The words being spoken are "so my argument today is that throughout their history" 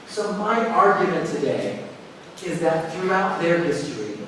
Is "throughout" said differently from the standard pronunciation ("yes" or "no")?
no